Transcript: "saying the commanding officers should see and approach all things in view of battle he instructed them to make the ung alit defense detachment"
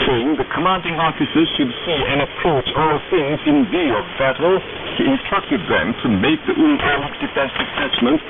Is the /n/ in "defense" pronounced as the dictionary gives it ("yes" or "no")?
no